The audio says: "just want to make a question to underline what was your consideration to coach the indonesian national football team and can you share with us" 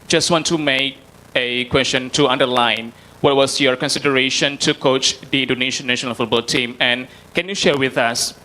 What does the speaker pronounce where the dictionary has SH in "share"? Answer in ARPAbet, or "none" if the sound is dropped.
SH